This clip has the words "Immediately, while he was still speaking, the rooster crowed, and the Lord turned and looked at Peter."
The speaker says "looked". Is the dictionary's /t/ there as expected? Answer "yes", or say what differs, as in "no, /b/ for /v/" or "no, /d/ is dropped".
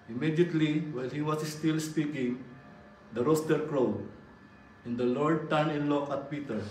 no, /t/ is dropped